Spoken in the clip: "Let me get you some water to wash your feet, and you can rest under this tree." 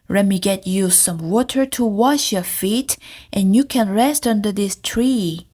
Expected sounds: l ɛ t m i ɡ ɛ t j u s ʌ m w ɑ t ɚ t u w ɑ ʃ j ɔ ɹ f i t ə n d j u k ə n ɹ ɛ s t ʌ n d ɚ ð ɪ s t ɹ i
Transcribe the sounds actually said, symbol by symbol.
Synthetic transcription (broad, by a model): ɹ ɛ m i ɡ ɛ t j u s ʌ m w ɑ t ɚ t u w ɑ ʃ j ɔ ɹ f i t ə n j u k ə n ɹ ɛ s t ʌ n d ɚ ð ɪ s t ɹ i